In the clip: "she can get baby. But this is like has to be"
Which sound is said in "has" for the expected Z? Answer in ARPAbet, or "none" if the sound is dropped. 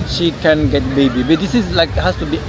S